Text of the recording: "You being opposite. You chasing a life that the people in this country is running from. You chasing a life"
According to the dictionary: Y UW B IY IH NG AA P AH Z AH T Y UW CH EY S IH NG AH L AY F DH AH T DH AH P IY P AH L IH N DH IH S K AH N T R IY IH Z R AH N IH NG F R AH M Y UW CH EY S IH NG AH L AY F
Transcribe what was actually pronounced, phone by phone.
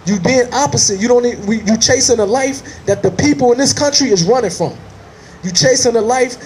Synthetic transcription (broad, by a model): Y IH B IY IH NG AA P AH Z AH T Y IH CH EY S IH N AH L AY F DH AH T DH AH P IY P L IH N DH IH S K AH N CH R IY IH Z R AH N IH NG F R AH M Y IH CH EY S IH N AH L AY F